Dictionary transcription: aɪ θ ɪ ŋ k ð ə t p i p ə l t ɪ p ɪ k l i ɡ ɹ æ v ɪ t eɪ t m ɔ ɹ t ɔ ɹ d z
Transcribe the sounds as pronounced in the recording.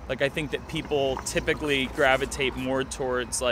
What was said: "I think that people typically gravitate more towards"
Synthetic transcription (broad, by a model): aɪ θ ɪ ŋ k ð ə t p i p l t ɪ p ɪ k l i ɡ ɹ æ v ɪ t eɪ t m ɔ ɹ t ɔ ɹ d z